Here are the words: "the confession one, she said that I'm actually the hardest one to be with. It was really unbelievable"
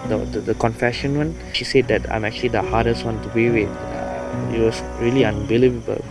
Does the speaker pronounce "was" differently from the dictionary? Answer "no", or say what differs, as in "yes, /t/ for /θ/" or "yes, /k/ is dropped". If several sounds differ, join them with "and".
yes, /s/ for /z/